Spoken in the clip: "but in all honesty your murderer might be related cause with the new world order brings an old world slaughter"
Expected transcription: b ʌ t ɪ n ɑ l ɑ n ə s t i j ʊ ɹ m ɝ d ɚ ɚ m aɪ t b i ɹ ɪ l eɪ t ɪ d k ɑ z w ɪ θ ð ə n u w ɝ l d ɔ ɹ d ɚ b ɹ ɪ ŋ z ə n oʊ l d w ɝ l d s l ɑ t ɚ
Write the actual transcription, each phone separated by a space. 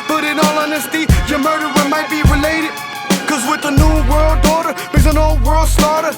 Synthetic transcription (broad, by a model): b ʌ t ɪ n ɑ l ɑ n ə s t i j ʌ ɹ m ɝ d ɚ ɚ m aɪ t b i ɹ ɪ l eɪ t ɪ d k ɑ z w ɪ ð ə n u w ɝ l d ɔ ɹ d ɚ ɹ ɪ z ə n oʊ l d w ɝ l d s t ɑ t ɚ